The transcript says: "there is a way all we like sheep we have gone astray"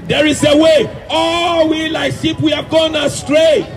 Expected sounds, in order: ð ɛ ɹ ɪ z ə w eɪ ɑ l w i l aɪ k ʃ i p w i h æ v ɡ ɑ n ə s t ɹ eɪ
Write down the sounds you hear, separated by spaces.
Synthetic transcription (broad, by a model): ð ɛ ɹ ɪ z ə w eɪ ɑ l w i l aɪ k s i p w i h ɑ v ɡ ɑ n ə s t ɹ eɪ